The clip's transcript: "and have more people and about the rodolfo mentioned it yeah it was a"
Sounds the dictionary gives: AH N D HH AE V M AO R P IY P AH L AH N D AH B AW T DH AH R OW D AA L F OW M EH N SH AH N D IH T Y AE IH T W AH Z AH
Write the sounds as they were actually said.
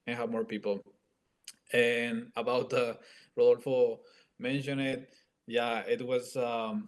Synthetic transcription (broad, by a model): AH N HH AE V M AO R P IY P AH L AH N AH B AW T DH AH R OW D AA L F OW M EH N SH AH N IH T Y AE IH T W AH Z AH